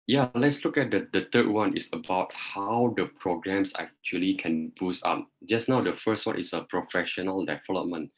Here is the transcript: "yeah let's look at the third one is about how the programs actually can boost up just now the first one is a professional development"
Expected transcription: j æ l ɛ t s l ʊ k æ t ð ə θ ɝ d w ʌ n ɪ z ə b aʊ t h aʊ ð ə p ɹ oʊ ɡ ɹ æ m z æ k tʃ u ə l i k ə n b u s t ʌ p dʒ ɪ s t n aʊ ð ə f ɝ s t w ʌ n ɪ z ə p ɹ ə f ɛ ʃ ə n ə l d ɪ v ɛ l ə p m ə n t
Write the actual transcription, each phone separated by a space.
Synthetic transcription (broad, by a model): j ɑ l ɛ t s l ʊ k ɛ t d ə t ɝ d w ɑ n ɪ s ə b aʊ t h aʊ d ə p ɹ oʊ ɡ ɹ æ m s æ k tʃ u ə l i k ə n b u s ɑ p dʒ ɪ s n aʊ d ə f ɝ s t w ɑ n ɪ s ə p ɹ ə f ɛ ʃ ə n ə l d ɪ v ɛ l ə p m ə n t